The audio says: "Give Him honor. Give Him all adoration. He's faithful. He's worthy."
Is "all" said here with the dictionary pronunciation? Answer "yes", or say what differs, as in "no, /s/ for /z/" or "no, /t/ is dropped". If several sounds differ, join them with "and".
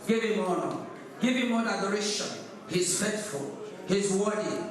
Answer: no, /n/ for /l/